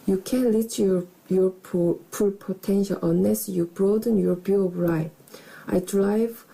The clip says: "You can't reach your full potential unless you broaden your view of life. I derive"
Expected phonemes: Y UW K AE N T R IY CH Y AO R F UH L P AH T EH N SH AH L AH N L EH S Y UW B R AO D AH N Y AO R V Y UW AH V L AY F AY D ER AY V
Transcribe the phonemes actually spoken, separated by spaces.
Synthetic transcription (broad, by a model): Y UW K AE N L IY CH Y AO R P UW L P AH T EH N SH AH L AH N L EH S Y UW B R AO D AH N Y AO R B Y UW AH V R AY AY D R AY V